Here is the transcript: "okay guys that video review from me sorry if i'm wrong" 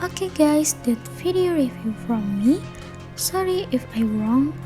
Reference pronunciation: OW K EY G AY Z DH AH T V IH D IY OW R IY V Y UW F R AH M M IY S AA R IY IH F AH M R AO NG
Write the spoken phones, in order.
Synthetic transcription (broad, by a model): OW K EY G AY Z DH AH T F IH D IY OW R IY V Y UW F R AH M M IY S AA R IY IH F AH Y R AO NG